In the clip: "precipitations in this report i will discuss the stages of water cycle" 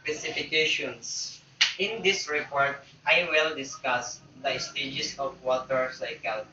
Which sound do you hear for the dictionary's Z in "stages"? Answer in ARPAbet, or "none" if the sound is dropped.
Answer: S